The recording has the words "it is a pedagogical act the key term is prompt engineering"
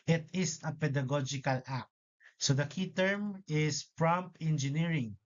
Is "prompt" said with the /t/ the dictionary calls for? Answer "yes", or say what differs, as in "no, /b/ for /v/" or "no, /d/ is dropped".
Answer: no, /t/ is dropped